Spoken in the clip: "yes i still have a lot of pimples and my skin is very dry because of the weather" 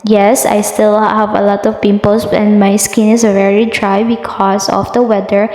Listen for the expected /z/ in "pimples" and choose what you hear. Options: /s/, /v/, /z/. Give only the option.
/s/